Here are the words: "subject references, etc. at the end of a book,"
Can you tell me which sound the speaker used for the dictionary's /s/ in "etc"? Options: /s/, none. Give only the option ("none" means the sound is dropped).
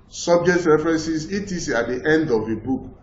none